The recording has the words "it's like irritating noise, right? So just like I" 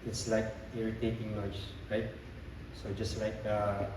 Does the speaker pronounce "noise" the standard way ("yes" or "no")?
no